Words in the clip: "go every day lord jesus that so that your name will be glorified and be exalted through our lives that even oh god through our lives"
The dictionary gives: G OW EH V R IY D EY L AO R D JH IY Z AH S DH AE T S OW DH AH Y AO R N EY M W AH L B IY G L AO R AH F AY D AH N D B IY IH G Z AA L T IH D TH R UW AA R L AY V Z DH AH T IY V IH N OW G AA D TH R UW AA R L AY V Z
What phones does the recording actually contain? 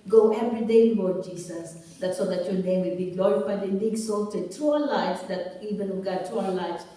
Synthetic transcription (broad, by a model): G OW EH V R IY D EY L AO R D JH IY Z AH S DH AE T S OW DH AH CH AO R N EY M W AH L B IY G L AO R AH F AY D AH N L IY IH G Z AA T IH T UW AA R L AY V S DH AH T IY V IH N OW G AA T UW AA L AY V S